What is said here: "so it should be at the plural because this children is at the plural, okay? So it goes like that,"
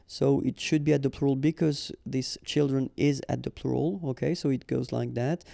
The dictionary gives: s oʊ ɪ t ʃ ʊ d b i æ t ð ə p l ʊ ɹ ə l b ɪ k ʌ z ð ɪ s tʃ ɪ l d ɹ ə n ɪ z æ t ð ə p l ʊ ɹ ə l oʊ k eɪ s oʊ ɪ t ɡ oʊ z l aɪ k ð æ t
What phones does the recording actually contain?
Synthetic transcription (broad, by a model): s oʊ ɪ t ʃ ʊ d b i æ t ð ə p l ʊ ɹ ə l b ɪ k ʌ z ð ɪ s tʃ ɪ l d ɹ ə n ɪ z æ t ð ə p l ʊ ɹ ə l oʊ k eɪ s oʊ ɪ t ɡ oʊ z l aɪ k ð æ t